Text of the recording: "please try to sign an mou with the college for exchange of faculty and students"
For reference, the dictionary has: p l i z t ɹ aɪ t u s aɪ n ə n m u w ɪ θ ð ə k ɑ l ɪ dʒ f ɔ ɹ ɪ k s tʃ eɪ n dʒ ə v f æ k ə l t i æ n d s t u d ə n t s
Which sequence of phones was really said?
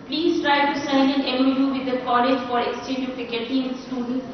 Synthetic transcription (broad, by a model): p l i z t ɹ aɪ t u s aɪ n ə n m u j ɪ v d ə k ɑ l ɪ dʒ f ɔ ɹ ɪ k s tʃ eɪ n dʒ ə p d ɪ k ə t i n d s t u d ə n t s